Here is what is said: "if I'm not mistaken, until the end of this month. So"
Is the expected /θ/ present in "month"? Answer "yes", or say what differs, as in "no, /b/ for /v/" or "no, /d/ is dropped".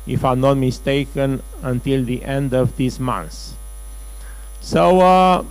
no, /s/ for /θ/